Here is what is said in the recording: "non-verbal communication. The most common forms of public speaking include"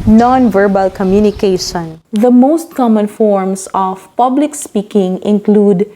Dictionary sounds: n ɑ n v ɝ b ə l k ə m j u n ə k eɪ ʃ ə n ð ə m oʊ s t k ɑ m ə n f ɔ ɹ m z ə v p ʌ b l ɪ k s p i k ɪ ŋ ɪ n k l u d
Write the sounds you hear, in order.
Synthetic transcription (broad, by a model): n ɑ n v ɝ b ə l k ə m j u n ə k eɪ ʃ ə n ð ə m oʊ s t k ɑ m ə n f ɔ ɹ m s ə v p ʌ b l ɪ k s p i k ɪ ŋ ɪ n k l u d